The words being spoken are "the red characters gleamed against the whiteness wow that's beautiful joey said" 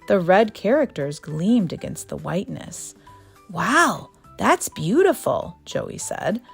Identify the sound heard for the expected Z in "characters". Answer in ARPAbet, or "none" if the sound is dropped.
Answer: Z